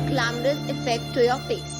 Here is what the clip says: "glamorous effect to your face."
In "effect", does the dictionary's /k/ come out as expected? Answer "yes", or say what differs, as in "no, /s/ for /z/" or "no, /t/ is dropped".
yes